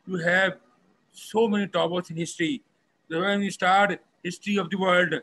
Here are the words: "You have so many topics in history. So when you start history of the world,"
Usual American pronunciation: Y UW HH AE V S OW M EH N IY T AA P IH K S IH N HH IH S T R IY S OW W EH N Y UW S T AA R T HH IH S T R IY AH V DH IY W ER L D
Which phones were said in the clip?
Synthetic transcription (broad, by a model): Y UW HH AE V S OW M EH N IY T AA B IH S IH N HH IH S T R IY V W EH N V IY S T AA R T HH IH S T R IY AH V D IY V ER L D